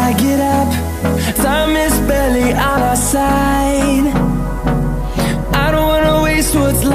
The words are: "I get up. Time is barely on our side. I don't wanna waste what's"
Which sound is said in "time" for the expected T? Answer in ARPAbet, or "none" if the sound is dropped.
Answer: S